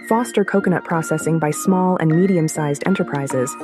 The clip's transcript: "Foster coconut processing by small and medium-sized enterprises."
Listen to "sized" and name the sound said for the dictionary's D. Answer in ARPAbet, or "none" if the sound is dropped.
D